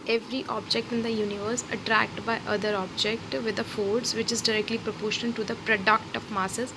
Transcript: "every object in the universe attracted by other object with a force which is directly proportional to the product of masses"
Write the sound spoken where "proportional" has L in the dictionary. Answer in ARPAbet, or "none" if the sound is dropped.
N